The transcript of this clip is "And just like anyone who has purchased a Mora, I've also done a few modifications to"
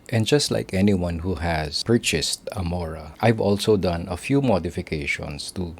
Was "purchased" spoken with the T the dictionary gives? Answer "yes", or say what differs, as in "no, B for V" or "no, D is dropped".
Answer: yes